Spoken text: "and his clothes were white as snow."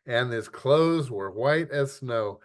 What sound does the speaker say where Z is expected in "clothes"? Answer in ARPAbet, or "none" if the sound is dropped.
Z